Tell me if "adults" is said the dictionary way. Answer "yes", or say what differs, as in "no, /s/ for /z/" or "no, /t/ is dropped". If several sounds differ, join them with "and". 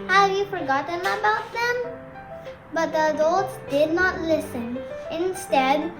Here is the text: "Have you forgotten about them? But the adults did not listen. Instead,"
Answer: no, /l/ is dropped